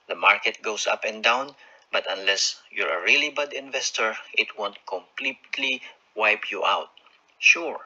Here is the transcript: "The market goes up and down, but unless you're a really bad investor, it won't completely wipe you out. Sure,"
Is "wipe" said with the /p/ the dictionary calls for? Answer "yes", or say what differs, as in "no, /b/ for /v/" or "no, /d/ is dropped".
yes